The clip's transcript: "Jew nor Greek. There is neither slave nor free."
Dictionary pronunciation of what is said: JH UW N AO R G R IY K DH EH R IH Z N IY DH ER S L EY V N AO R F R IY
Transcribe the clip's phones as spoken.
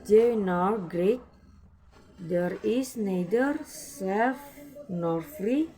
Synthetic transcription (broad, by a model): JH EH N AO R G R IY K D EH R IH S N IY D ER S EY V N AO R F R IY